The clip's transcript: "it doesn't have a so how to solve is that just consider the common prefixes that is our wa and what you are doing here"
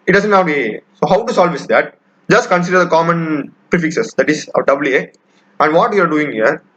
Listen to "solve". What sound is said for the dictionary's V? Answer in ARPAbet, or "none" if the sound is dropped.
V